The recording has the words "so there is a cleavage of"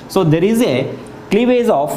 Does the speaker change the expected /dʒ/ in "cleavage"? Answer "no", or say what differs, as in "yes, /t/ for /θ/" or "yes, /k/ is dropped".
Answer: yes, /z/ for /dʒ/